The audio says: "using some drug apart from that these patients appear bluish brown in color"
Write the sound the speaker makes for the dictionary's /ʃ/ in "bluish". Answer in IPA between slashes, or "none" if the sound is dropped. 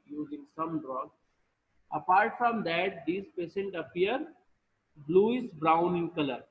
/s/